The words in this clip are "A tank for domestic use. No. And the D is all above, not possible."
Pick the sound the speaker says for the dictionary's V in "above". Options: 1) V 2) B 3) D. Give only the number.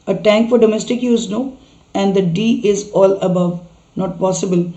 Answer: 1